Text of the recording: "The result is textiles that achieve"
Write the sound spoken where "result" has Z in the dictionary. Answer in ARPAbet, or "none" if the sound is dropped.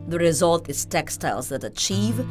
Z